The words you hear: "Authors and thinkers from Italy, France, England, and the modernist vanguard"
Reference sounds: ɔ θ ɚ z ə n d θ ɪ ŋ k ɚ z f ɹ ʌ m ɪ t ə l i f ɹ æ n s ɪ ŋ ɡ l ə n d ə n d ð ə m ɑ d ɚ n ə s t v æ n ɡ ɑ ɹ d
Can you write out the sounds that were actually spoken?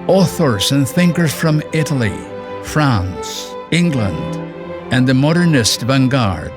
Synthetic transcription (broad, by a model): ɔ θ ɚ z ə n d θ ɪ ŋ k ɚ z f ɹ ʌ m ɪ t ə l i f ɹ æ n s ɪ ŋ ɡ l ə n d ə n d ð ə m ɑ d ɚ n ə s t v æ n ɡ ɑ ɹ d